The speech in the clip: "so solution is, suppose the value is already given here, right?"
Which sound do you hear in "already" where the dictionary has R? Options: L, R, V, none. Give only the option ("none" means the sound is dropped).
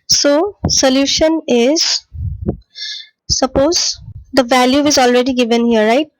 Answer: R